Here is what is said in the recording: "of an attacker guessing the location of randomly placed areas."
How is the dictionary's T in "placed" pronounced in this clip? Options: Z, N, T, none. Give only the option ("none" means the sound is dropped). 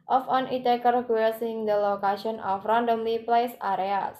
none